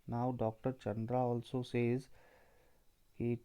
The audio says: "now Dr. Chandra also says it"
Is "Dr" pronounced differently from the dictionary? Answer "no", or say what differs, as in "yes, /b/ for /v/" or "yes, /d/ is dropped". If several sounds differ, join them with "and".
no